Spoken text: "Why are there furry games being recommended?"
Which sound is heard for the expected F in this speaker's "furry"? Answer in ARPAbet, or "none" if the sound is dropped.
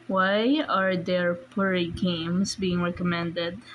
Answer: P